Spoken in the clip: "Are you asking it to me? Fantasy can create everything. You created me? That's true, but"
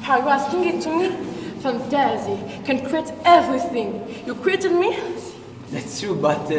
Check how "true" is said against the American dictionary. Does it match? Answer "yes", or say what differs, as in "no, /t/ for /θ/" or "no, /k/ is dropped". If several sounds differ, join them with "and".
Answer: no, /ɹ/ is dropped